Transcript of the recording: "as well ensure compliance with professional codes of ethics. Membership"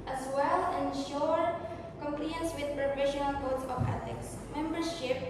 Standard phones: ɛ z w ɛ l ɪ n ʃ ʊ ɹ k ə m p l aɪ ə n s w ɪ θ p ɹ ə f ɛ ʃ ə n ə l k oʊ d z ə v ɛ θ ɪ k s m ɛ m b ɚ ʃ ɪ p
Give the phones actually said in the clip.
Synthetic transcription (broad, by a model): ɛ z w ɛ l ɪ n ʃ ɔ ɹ k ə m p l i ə n s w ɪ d p ɹ ə f ɛ ʃ ə n ə l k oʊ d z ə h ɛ t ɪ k s m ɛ m b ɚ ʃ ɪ p